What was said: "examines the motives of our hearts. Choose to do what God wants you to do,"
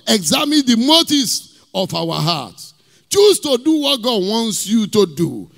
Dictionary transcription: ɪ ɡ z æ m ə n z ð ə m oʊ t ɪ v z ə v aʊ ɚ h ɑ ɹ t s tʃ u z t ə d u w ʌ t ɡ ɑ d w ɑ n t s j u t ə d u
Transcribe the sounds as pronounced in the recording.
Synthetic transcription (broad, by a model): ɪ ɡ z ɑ m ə n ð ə m oʊ t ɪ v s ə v aʊ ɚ h ɑ t tʃ u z t ə d u w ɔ t ɡ ɑ d w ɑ n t s j u t ə d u